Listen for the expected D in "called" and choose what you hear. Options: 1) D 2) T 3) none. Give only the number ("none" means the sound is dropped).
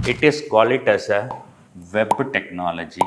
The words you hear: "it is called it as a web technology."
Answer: 3